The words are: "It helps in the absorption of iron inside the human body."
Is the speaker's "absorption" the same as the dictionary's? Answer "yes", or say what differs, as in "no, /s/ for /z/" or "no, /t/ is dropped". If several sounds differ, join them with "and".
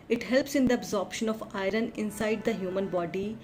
yes